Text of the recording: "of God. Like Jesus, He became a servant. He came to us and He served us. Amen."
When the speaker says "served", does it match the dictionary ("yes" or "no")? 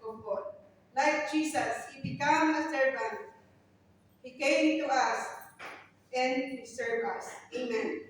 no